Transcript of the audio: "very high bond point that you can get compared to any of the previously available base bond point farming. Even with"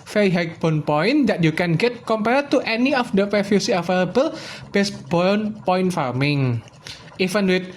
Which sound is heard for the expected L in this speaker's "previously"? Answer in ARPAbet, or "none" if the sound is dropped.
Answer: none